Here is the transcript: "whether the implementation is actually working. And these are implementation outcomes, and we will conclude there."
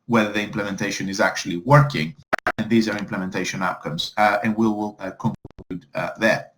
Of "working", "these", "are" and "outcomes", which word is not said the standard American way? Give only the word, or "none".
none